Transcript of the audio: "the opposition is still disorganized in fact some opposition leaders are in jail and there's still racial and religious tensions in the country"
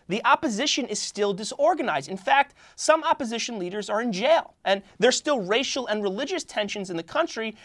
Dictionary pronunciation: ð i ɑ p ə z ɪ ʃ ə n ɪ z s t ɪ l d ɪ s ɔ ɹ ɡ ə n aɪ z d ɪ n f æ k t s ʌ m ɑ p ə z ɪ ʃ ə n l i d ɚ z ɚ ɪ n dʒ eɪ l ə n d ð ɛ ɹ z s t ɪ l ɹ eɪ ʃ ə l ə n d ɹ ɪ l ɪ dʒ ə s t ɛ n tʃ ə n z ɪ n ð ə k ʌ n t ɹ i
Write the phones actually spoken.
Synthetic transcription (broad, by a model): ð i ɑ p ə z ɪ ʃ ə n ɪ z s t ɪ l d ɪ s ɔ ɹ ɡ ə n aɪ z d ɪ n f æ k t s ʌ m ɑ p ə z ɪ ʃ ə n l i d ɚ z ɚ ɪ n dʒ eɪ l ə n ð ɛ ɹ s t ɪ l ɹ eɪ ʃ l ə n ɹ ɪ l ɪ dʒ ə s t ɛ n ʃ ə n z ɪ n ð ə k ʌ n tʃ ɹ i